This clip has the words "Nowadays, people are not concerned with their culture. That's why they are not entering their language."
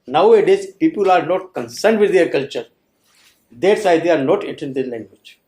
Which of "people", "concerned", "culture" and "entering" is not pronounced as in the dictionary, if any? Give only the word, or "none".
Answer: entering